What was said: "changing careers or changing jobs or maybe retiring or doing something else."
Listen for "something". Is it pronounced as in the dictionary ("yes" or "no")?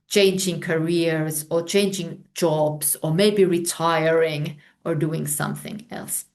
yes